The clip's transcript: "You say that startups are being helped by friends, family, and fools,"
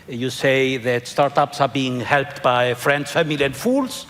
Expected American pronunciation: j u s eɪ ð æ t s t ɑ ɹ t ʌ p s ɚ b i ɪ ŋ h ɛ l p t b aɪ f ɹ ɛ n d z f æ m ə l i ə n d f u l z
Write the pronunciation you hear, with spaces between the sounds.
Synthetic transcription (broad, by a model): j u s eɪ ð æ t s t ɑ ɹ t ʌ p s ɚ b i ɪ ŋ h ɛ l p t b aɪ f ɹ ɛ n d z f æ m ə l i ə n d f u l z